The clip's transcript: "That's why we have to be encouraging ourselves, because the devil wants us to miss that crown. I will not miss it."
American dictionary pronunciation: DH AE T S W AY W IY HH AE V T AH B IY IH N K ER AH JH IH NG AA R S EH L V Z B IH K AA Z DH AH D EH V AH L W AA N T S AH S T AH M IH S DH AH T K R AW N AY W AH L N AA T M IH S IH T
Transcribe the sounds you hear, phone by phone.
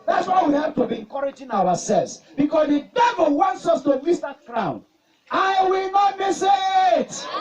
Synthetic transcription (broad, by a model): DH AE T S W AY W IY HH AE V T AH B IY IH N K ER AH JH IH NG AA W S EH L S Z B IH K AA S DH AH D EH V AH L W AA N T S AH S T AH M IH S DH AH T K R AW N AY W AH L N AA T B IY S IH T